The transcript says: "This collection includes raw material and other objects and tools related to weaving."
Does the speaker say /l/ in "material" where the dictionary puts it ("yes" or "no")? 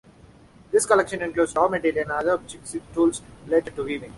no